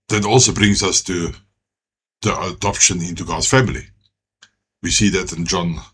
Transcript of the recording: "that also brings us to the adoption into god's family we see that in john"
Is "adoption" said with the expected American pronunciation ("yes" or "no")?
yes